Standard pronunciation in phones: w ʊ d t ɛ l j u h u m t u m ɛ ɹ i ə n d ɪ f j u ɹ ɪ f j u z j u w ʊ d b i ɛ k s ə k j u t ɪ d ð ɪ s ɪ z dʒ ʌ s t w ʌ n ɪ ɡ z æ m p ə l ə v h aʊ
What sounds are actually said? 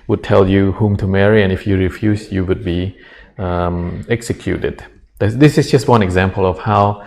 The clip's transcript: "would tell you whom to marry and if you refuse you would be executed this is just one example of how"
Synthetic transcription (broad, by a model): w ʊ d t ɛ l j u h u m t u m ɛ ɹ i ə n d ɪ f j u ɹ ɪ f j u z j u w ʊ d b i ɛ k s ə k j u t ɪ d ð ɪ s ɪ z dʒ ʌ s t w ʌ n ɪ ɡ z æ m p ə l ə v h aʊ